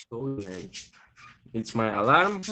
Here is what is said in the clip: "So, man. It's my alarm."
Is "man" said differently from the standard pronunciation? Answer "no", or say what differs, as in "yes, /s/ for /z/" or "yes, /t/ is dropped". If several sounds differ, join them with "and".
yes, /n/ is dropped